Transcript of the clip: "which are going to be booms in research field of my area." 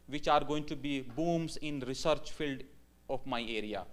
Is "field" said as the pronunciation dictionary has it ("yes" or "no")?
yes